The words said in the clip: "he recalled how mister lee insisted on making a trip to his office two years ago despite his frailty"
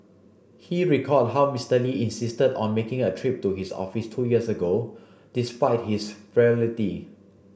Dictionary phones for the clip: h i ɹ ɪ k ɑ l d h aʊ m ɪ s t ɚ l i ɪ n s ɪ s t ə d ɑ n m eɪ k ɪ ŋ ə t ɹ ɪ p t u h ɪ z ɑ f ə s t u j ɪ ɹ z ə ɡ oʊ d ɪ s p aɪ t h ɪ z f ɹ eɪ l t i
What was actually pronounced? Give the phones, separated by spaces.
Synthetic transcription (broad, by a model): h i ɹ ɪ k ɑ d h aʊ m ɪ s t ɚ l i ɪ n s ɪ s t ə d ɑ n m eɪ k ɪ ŋ ə t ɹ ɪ p t u h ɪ s ɑ f ə s t u j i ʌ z ə ɡ oʊ d ɪ s p aɪ t h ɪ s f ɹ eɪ l t i